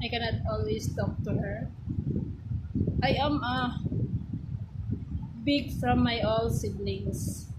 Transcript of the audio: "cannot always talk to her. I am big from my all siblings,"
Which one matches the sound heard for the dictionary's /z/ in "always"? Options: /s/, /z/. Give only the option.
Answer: /s/